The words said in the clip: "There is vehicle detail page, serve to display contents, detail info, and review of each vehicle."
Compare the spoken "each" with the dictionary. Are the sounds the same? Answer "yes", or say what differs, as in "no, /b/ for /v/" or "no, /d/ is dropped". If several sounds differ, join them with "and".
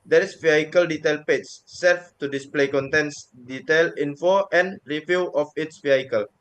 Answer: no, /s/ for /tʃ/